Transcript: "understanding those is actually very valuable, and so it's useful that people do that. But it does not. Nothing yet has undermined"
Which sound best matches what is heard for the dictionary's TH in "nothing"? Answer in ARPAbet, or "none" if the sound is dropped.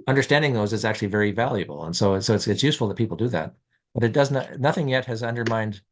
TH